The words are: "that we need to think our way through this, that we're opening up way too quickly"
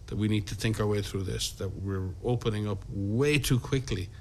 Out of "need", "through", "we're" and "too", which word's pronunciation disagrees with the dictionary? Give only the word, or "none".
none